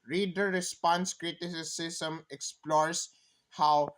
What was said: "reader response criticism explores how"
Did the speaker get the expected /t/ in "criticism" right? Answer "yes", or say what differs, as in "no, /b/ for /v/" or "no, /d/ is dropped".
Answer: no, /s/ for /t/